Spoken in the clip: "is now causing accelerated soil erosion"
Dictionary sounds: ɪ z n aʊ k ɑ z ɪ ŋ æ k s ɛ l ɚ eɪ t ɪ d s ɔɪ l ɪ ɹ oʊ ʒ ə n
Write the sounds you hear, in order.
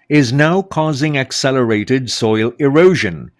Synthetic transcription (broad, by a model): ɪ z n aʊ k ɑ z ɪ ŋ æ k s ɛ l ɚ eɪ t ɪ d s ɔɪ l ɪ ɹ oʊ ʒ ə n